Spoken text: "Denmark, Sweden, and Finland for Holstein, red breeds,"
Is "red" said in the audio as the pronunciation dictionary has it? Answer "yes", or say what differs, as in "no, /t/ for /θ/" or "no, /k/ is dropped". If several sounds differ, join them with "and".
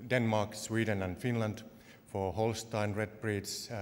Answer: yes